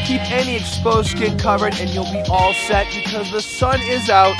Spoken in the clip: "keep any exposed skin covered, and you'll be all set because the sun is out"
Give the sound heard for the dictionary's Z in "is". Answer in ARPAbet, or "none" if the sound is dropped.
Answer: Z